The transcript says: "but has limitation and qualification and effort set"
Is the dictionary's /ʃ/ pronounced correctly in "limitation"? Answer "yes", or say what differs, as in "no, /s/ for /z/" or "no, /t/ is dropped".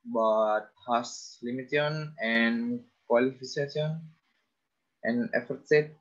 no, /ʃ/ is dropped